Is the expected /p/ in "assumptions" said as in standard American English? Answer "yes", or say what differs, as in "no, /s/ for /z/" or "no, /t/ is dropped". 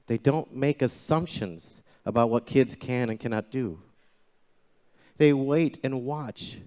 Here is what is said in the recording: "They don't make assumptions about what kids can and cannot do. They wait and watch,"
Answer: yes